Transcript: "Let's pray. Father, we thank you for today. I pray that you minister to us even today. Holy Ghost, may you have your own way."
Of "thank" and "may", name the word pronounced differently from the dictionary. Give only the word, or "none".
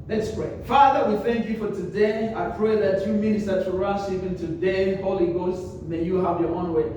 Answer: none